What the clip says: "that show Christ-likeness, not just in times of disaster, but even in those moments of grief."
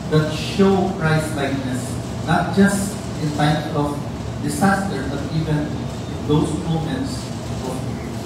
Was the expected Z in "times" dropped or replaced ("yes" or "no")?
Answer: yes